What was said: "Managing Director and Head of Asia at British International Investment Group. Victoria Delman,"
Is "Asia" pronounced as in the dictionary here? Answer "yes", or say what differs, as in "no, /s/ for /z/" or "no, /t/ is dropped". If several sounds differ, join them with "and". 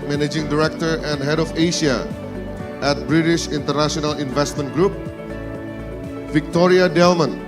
no, /ʃ/ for /ʒ/